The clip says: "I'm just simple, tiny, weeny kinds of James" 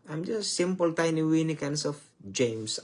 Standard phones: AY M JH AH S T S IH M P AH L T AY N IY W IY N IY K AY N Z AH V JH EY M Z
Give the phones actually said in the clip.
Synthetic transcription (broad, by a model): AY M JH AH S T S IH M P AH L T AY N IY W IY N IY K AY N S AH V JH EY M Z